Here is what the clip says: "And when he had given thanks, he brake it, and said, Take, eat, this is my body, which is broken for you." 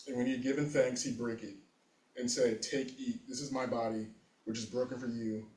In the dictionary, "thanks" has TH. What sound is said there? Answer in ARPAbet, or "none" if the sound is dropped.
TH